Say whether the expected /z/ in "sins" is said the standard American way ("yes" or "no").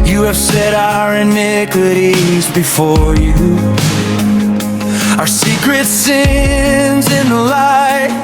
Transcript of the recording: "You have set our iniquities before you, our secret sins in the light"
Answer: yes